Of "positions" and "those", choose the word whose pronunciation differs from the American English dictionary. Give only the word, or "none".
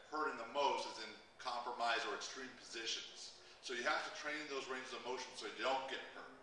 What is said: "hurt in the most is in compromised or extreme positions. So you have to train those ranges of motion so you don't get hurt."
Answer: none